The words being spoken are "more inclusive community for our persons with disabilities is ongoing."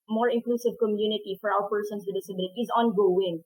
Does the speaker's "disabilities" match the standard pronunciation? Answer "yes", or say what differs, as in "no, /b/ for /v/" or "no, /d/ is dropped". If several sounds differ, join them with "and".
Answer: no, /z/ is dropped